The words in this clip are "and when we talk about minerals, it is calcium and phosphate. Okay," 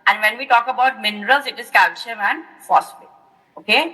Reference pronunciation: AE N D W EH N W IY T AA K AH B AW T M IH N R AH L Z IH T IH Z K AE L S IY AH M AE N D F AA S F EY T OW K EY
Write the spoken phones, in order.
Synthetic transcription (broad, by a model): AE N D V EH N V IY T AA K AH B AW T M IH N R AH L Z IH T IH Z K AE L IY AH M AE N D F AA S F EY OW K EY